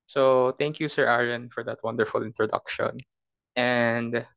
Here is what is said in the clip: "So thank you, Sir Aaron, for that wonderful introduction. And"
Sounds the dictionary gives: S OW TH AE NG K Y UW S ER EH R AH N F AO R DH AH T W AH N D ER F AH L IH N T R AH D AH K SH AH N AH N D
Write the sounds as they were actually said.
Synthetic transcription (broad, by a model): S OW T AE NG K Y UW S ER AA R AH N F AO R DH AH T W AH N D ER F AH L IH N T R AH D AH K SH AH N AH N D